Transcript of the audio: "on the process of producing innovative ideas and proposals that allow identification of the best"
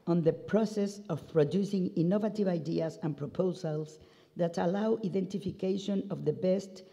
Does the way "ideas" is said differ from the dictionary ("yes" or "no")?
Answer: yes